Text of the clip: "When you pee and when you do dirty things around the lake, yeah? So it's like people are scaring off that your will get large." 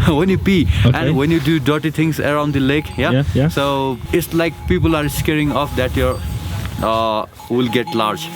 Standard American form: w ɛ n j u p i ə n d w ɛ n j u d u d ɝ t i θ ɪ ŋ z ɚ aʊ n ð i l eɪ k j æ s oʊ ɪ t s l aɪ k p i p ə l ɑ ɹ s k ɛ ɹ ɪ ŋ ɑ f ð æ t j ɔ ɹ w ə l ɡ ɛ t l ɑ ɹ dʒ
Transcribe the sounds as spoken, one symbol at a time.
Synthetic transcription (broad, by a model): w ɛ n j u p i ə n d w ɛ n j u d u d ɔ t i t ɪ ŋ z ɚ aʊ n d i l eɪ k j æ s oʊ ɪ t s l aɪ k p i p ə l ɑ ɹ s k ɛ ɹ ɪ ŋ ɑ f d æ t j ɔ ɹ w ə l ɡ ɛ t l ɑ ɹ dʒ